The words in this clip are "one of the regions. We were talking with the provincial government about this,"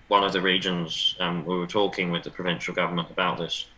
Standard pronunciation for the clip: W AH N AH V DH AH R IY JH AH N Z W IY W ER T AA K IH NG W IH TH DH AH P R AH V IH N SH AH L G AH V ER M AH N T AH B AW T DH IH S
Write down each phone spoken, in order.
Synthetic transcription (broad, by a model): W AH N AH V DH AH R IY JH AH N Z W IY W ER T AA K IH NG W IH DH AH P R AH V IH N SH AH L G AH V ER M AH N T AH B AW T DH IH S